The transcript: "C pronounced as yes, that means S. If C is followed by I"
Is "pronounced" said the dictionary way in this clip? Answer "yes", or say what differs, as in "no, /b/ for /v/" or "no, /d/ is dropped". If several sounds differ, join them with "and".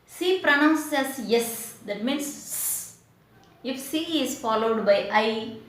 no, /t/ is dropped